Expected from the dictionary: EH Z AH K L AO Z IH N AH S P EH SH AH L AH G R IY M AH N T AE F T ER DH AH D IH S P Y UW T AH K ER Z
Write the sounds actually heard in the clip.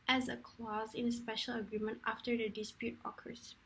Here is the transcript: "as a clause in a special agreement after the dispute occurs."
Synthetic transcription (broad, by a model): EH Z AH K L AO Z IH N AH S P EH SH AH L AH G R IY M AH N T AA F T ER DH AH D IH S P Y UW T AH K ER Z